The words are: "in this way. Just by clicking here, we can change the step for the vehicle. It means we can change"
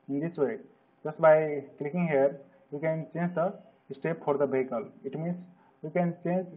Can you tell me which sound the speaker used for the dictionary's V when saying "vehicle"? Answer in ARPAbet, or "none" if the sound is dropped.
B